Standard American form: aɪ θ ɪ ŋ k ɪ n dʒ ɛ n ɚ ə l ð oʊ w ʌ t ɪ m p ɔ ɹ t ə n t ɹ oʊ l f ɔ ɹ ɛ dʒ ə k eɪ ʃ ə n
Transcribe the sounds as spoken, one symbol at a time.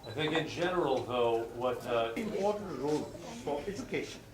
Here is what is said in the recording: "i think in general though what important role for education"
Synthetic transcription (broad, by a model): aɪ θ ɪ ŋ k ɪ n dʒ ɛ n ɚ ə l ð oʊ w ʌ t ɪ m p ɔ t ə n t ɹ oʊ l f ɔ ɹ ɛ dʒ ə k eɪ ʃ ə n